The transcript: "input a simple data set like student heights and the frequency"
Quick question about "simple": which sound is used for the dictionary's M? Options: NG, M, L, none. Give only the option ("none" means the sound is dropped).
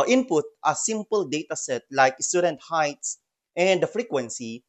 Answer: M